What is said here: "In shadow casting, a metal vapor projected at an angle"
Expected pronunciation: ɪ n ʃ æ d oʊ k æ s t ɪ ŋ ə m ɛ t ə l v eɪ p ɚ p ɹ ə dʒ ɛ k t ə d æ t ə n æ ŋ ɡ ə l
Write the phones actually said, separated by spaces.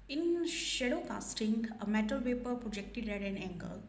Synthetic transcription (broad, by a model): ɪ n ʃ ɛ d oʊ k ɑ s t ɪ ŋ ə m ɛ t ə l p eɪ p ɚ p ɹ ə dʒ ɛ k t ə d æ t ə n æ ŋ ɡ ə l